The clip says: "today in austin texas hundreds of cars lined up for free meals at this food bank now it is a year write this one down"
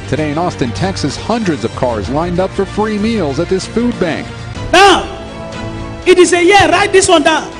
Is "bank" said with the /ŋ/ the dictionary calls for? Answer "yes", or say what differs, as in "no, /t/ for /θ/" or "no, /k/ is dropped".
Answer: yes